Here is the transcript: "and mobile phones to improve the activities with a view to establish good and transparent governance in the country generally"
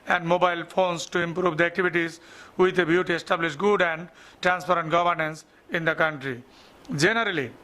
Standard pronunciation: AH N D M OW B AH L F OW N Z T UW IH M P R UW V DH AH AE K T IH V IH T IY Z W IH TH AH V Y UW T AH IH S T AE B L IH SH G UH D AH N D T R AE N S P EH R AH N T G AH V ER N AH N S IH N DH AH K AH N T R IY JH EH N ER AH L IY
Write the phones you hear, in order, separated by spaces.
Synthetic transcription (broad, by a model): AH N D M OW B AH L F OW N S T UW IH M P R UW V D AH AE K T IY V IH T IY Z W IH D AH B Y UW T AH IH S T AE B L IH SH G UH D AH N D T R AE N S P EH R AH N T G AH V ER N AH N S IH N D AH K AH N T R IY JH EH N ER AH L IY